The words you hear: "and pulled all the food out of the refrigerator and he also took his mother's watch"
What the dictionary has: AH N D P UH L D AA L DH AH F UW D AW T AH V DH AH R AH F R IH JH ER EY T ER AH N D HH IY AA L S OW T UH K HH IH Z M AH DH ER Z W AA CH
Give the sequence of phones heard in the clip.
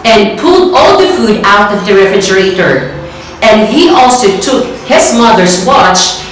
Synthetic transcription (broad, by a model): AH N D P UH L D AA L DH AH F UW D AW T AH V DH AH R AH F IH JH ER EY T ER AH N D HH IY AA L S OW T UH K HH IH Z M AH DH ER S W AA CH